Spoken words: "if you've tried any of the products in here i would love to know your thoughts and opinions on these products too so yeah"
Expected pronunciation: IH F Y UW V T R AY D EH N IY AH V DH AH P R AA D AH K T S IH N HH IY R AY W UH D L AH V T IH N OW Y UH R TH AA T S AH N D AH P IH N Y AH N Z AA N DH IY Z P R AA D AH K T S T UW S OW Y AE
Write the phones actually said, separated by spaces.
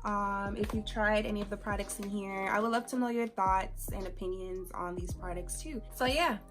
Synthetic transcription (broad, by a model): IH F Y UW T R AY D EH N IY AH V DH AH P R AA D AH K T S IH N HH IY R AY W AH D L AH V T IH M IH Y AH R TH AA T S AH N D AH P IH N Y AH N Z N DH IY Z P R AA D AH K T S T UW S OW Y AE